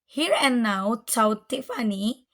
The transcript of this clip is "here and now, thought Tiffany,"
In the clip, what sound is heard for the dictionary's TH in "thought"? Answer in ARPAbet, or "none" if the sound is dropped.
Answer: T